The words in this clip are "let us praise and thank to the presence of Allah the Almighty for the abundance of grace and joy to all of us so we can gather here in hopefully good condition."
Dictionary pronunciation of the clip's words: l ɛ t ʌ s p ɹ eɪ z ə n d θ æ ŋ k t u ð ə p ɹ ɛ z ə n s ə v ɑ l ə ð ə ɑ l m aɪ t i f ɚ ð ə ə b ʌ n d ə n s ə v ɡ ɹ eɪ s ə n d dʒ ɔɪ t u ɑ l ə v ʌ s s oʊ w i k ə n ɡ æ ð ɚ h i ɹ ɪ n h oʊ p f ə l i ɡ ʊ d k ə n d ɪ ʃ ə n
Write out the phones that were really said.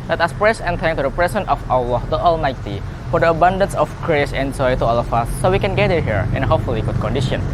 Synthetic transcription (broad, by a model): l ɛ t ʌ s p ɹ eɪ s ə n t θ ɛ ŋ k t u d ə p ɹ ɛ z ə n ə f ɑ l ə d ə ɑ l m aɪ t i f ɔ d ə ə b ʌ n d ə n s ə f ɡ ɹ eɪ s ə n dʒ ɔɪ t u ɑ l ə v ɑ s s oʊ w i k ə n ɡ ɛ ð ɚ h i ɹ ɪ n h oʊ p f ə l i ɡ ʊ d k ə n d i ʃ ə n